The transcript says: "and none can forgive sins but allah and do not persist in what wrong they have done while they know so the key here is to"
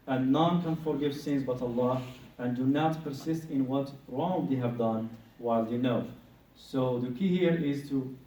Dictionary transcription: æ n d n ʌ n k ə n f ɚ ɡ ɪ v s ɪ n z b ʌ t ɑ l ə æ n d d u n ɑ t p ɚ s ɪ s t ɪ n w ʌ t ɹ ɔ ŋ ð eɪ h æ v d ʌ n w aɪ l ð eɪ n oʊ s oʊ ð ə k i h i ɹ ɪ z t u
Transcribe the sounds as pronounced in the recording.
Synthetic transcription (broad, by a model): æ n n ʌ n k ə n f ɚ ɡ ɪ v s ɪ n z b ʌ t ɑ l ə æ n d d u n ɑ t p ɚ s ɪ s t ɪ n w ʌ t ɹ ɔ ŋ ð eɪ h æ v d ʌ n w aɪ l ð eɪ n oʊ s oʊ ð ə k i h i ɹ ɪ z t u